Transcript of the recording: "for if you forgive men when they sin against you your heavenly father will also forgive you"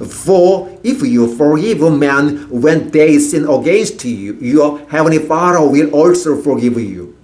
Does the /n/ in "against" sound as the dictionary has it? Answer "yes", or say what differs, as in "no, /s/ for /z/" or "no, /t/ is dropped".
no, /n/ is dropped